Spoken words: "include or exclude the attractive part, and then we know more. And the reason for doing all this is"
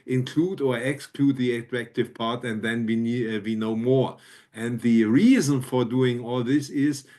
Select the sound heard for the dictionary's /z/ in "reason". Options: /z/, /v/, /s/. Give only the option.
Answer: /z/